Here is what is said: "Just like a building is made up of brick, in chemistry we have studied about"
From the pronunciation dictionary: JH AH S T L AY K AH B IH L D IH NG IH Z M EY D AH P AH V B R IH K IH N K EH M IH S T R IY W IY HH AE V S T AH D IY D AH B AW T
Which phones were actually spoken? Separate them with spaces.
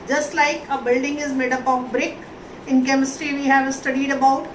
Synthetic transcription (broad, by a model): JH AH S T L AY K AH B IH L D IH NG IH Z M EY D AH P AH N B R IH K IH N K EH M IH S T R IY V IY HH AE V S T AH D IY D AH B AW T